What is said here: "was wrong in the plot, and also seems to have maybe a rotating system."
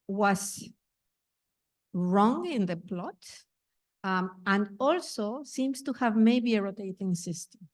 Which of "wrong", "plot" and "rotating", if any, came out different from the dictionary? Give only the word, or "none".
none